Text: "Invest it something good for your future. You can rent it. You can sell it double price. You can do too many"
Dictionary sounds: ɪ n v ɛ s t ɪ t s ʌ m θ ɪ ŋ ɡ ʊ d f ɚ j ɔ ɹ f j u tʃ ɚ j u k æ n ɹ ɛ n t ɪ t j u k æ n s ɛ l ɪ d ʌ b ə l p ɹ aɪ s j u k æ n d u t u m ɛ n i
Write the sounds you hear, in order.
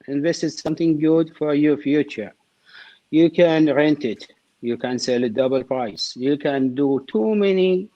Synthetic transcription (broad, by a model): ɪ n v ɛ s t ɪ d s ʌ m θ ɪ ŋ ɡ ʊ d f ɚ j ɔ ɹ f j u tʃ ɚ j u k æ n ɹ ɛ n t ɪ t j u k æ n s ɛ l ɪ d ʌ b ə l p ɹ aɪ s j u k æ n d u t u m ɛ n i